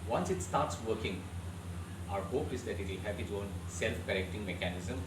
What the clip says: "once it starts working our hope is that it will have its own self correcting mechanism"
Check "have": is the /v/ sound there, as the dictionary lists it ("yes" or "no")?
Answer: no